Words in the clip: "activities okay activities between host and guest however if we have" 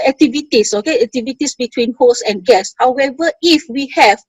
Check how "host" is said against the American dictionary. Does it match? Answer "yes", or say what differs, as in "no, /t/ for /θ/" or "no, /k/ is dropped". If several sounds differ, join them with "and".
no, /t/ is dropped